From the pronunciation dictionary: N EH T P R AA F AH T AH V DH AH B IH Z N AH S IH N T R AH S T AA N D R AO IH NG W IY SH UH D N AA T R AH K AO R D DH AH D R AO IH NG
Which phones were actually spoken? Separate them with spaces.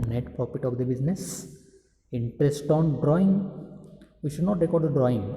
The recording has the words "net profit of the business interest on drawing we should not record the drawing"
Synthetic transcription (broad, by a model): N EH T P AA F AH T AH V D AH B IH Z N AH S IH N T R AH S T AA N D R AO IH NG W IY SH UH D N AA T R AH K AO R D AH D R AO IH NG